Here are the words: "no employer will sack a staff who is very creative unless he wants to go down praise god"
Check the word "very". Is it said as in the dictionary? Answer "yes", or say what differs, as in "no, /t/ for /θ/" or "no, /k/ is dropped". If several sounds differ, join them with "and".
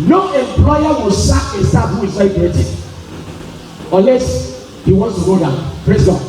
no, /ɹ/ is dropped